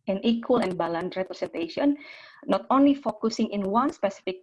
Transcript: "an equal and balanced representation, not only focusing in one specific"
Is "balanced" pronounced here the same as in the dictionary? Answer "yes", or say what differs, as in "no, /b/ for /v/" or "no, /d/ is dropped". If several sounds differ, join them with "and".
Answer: no, /s/ is dropped